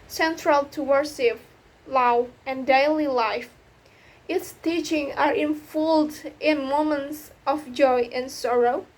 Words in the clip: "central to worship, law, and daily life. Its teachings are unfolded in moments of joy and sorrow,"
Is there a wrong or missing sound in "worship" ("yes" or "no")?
yes